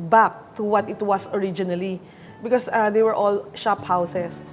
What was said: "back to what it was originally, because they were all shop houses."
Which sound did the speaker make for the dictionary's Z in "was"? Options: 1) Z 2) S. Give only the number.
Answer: 2